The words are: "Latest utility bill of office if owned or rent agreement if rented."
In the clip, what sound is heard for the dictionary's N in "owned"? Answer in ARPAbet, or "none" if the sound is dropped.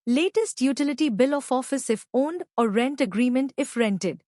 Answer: N